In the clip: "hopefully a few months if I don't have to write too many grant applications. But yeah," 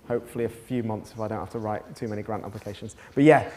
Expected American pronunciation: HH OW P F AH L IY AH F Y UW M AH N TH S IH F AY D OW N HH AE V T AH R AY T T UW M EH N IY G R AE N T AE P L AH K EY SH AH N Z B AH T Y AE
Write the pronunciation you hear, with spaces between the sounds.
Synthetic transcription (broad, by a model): HH OW P F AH L IY AH F Y UW M AH N TH S IH F AY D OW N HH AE F T AH R AY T T UW M EH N IY G R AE N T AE P L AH K EY SH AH N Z B AH T Y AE